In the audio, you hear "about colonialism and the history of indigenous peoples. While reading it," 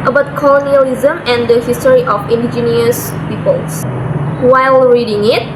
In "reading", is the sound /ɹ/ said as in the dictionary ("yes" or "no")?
yes